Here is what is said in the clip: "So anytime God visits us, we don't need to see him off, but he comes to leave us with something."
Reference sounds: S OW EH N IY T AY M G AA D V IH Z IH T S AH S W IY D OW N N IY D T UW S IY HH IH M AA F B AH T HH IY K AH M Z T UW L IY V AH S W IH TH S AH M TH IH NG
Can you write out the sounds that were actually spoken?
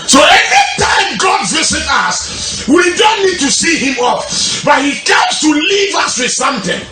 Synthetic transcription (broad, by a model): S OW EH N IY T AY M G AA D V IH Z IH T AH S W IY D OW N N IY D T UW S IY HH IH M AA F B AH T HH IY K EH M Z T UW L IY V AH S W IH S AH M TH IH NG